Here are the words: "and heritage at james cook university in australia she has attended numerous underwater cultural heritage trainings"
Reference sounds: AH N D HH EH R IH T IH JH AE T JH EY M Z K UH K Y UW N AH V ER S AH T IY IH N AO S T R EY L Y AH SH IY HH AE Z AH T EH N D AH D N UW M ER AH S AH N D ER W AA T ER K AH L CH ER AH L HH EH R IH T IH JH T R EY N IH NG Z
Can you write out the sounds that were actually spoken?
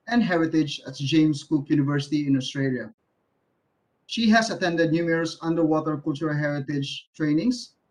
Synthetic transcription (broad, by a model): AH N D HH EH R IH T IH JH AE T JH EY M S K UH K Y UW N AH V ER S AH T IY IH N AO S T R EY L Y AH SH IY HH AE S AH T EH N D AH D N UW M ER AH S AH N D ER W AA T ER K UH L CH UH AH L HH EH R IH T IH JH T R EY N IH NG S